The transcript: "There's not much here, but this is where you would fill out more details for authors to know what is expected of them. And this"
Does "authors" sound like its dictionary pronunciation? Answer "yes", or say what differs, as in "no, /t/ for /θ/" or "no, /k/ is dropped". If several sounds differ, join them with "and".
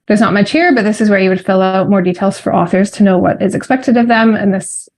yes